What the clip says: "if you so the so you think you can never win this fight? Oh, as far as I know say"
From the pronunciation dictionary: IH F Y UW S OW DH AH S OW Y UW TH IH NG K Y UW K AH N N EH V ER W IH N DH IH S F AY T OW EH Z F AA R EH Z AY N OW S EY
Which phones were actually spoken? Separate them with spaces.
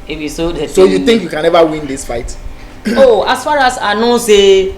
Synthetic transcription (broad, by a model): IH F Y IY S OW S OW Y UW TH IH NG K Y UW K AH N N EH V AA W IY N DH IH S F AY T OW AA S F AA R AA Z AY N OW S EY